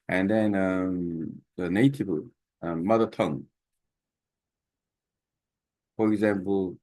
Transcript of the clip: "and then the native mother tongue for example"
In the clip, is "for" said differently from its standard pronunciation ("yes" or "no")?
no